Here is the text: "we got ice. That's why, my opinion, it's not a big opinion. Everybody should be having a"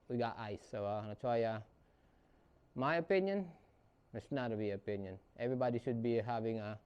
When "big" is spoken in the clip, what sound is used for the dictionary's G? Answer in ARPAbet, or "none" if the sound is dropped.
none